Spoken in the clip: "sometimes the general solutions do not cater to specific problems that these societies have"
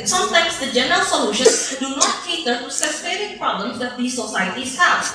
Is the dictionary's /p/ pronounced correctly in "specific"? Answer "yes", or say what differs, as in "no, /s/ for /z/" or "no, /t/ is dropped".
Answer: no, /p/ is dropped